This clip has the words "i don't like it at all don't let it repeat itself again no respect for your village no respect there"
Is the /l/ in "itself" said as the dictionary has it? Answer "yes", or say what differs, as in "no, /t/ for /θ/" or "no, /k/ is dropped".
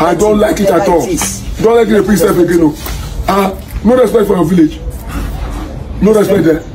no, /l/ is dropped